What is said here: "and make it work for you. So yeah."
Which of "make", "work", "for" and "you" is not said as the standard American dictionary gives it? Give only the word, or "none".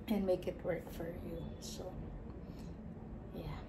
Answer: none